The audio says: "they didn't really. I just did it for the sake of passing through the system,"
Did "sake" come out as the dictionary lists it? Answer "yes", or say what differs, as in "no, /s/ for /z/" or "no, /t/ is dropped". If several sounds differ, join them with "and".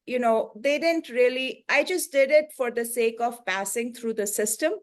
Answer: yes